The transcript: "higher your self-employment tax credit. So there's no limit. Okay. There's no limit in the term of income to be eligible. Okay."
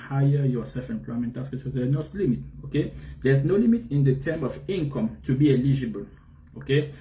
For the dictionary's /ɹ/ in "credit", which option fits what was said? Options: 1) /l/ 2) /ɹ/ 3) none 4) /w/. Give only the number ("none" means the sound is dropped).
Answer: 3